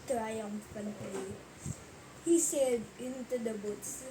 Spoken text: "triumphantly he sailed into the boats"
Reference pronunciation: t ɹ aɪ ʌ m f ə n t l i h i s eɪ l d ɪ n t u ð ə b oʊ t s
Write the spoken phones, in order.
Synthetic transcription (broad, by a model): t ɹ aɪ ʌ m f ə n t l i h i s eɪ d ɪ n t u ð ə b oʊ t s